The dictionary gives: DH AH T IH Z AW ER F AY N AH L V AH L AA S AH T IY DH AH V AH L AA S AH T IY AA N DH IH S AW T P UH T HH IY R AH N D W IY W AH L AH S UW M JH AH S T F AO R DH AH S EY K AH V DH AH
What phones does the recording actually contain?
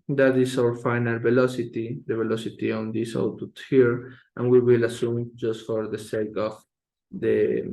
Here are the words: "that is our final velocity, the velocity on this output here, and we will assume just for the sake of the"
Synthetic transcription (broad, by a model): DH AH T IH S AW ER F AY N AH L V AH L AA S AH T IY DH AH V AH L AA S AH T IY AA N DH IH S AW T UH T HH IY R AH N W IY W AH L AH S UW M JH AH S T F AO R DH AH S EY K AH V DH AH